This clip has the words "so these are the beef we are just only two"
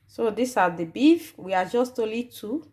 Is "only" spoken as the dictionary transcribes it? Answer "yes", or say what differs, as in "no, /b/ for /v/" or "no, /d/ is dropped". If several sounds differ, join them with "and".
no, /n/ is dropped